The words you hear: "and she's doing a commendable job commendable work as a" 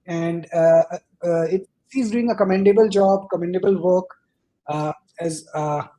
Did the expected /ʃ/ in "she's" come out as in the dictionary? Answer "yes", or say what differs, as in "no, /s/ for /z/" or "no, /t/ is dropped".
no, /s/ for /ʃ/